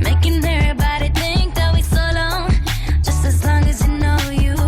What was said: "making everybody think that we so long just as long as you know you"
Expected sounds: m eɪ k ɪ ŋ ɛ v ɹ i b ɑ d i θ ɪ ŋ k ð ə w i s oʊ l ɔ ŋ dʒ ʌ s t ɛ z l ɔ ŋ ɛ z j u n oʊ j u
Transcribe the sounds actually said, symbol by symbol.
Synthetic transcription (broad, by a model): m eɪ k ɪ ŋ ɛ ɹ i b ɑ d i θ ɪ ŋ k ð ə w i s oʊ l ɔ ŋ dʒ ʌ s t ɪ z l ɔ ŋ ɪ z j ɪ n oʊ j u